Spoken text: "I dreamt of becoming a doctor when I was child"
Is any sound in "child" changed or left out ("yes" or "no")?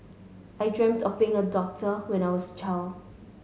yes